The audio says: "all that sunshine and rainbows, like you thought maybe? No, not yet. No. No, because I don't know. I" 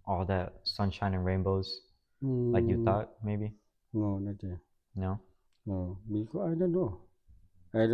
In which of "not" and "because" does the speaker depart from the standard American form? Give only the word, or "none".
because